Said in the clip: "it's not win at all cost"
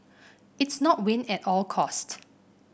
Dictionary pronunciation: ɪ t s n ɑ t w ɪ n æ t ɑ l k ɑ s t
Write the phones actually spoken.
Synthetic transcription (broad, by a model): ɪ t s n ɑ t w ɪ n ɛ t ɑ l k ɑ s t